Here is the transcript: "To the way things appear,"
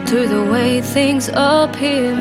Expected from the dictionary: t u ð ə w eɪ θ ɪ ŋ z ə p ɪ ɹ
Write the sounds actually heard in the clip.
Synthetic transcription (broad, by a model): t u ð ə w eɪ θ ɪ ŋ z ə p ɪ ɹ